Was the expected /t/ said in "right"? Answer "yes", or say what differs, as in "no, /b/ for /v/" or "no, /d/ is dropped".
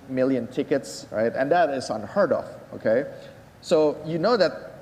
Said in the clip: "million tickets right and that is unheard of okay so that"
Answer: yes